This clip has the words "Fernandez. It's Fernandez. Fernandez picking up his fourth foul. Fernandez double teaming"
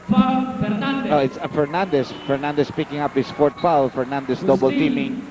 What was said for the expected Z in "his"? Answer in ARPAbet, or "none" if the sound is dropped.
S